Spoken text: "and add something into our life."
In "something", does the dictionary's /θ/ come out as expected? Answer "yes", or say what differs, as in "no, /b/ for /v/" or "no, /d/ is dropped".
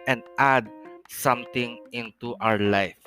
no, /t/ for /θ/